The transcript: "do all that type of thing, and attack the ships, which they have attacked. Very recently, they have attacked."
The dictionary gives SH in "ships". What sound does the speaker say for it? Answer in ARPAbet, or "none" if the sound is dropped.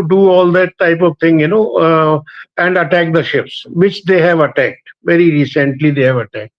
SH